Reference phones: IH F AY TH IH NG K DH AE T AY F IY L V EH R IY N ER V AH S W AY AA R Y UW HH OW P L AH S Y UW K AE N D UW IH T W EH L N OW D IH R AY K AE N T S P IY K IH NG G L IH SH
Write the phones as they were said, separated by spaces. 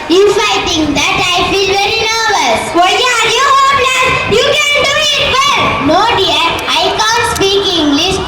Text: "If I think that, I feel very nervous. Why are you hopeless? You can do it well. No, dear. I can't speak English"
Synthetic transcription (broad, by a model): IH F AY T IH NG K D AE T AY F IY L V EH R IY N ER V AH S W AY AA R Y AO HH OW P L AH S Y UW K AE N D UW IH T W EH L N OW D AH R AY K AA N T S P IY K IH NG G L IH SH